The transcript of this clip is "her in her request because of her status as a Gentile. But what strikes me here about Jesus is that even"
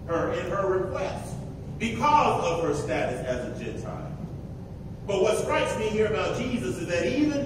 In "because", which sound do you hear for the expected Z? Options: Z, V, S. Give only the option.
Z